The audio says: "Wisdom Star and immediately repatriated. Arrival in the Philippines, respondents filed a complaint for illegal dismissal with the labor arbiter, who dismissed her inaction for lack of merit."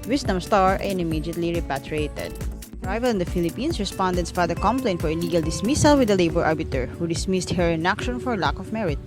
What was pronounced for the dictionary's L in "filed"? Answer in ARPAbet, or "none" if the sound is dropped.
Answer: none